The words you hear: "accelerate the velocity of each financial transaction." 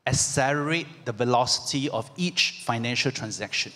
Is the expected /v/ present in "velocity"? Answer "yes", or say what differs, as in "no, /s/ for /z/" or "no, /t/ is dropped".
yes